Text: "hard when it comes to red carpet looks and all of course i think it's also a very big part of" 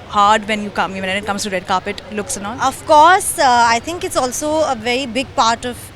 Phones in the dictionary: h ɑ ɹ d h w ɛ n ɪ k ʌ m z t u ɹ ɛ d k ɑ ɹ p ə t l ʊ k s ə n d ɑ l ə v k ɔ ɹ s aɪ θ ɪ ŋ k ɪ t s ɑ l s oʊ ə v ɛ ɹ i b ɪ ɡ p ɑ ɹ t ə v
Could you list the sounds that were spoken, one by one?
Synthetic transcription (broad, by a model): h ɑ ɹ d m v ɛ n ɪ k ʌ m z t u ɹ ɛ d k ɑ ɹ p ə t l ʊ k s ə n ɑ n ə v k ɔ ɹ s aɪ t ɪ ŋ k ɪ t s ɑ l s oʊ ə v ɛ ɹ i b ɪ ɡ p ɑ ɹ t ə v